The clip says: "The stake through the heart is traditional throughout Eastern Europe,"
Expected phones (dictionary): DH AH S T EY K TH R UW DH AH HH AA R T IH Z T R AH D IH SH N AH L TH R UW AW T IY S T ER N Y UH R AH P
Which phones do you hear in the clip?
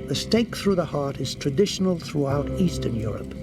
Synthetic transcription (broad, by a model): DH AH S T EY K TH R UW DH AH HH AA R T IH Z T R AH D IH SH N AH L TH R UW AW T IY S T ER N Y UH R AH P